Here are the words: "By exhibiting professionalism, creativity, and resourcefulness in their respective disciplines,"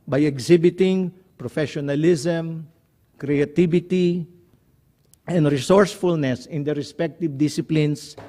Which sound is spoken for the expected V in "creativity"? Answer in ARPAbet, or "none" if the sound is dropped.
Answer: B